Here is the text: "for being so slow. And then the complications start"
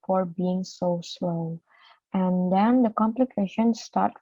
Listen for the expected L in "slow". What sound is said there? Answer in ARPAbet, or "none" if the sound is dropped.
L